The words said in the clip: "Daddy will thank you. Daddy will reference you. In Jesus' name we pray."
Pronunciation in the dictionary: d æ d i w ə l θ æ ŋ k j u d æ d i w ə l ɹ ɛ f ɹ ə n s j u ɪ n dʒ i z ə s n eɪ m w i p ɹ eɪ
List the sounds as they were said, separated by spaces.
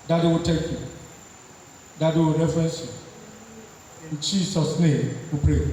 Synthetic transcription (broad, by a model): d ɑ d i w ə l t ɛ k j u d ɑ d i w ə ɹ ɛ f ɹ ə n s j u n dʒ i s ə s n eɪ m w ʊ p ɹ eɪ